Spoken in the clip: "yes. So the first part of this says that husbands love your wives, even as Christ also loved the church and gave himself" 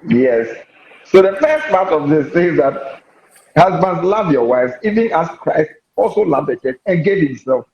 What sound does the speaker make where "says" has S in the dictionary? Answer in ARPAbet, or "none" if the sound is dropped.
TH